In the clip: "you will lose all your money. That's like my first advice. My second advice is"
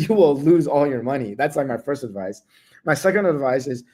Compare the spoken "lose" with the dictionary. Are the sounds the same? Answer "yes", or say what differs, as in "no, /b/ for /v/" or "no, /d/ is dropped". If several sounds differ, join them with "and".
yes